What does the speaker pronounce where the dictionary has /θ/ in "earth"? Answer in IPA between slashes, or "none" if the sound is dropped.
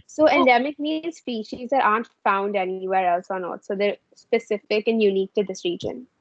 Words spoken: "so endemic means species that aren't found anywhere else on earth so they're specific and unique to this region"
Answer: /t/